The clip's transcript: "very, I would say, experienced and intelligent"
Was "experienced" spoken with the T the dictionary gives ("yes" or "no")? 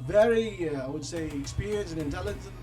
no